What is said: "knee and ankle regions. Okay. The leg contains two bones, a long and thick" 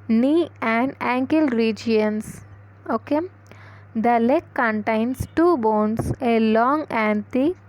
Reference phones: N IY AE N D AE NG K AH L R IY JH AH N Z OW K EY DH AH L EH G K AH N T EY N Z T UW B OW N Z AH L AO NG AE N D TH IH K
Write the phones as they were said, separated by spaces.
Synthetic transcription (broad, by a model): N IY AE N D AE NG K AH L R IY JH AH N S OW K EY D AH L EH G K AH N T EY N S T UW B OW N S AH L AO NG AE N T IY